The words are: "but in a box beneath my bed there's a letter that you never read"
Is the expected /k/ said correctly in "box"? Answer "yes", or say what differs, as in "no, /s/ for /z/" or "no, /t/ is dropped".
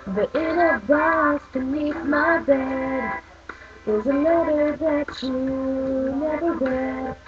no, /k/ is dropped